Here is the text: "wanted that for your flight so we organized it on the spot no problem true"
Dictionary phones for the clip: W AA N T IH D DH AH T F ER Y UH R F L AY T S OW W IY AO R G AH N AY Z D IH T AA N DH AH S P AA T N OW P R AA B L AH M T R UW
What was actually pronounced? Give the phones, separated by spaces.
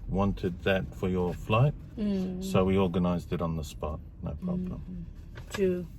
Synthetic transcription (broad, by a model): W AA N T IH D DH AH T F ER Y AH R F L AY T S OW W IY AO R G AH N AY Z D IH T N DH AH S P AA T N OW P R AA B L AH M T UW